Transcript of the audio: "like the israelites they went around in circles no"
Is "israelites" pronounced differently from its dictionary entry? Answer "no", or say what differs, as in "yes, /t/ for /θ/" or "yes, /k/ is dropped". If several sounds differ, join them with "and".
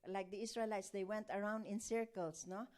yes, /s/ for /z/